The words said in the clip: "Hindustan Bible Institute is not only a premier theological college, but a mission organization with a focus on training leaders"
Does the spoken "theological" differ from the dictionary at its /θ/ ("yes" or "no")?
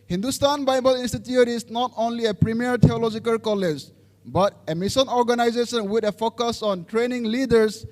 yes